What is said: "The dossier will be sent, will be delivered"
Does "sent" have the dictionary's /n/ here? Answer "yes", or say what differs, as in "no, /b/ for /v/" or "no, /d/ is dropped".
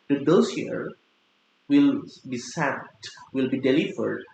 no, /n/ is dropped